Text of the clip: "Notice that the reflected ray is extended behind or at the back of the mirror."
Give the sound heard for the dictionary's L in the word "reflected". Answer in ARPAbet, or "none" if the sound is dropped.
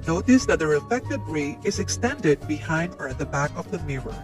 none